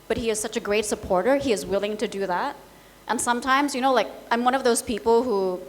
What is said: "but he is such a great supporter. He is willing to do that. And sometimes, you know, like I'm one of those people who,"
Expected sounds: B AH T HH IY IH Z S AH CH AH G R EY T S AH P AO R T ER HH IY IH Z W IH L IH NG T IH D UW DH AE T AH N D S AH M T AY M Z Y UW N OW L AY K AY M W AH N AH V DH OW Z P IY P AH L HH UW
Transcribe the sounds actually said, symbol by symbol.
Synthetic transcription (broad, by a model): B AH T HH IY IH Z S AH CH AH G R EY T S AH P AO R T ER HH IY IH Z W IH L IH NG T IH D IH DH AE T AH N S AH M T AY M Z Y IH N OW L AY K AY M W AH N AH V DH OW Z P IY P L HH UW